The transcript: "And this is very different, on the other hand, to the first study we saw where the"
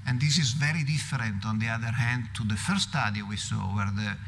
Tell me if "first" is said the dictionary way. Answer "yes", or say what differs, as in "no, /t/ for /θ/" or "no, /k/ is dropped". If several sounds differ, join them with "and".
no, /s/ is dropped